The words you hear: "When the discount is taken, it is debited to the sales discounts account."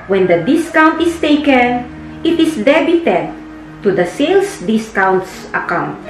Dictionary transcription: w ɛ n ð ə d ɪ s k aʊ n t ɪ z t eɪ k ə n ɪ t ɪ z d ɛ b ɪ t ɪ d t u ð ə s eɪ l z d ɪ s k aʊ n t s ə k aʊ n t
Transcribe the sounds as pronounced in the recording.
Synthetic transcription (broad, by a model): w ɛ n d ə d ɪ s k aʊ n t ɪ s t eɪ k ə n ɪ t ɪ s d ɛ b ɪ t ɪ d t u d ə s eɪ l s d ɪ s k aʊ n t s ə k aʊ n t